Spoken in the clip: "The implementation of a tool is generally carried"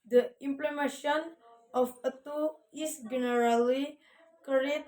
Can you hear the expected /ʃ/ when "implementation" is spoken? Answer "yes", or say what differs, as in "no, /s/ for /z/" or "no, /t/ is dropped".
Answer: no, /ʃ/ is dropped